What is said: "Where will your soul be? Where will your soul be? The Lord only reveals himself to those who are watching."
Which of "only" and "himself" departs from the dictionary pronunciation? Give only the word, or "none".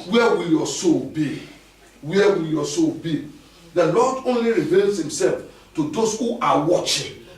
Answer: none